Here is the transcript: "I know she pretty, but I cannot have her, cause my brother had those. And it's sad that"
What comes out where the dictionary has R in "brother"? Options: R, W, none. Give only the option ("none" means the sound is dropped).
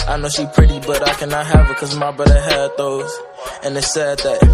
none